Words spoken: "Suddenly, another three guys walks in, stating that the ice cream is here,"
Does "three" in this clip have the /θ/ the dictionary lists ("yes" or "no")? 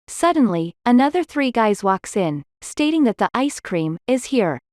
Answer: yes